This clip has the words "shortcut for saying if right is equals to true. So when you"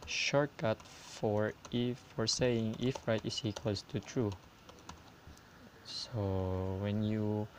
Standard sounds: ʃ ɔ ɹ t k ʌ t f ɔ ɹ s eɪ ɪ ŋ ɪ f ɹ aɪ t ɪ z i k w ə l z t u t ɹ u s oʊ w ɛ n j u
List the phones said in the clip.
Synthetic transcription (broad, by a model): ʃ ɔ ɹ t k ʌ t f ɔ ɹ s eɪ ɪ ŋ ɪ f ɹ aɪ t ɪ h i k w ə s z t u t ɹ u s oʊ w ɛ n j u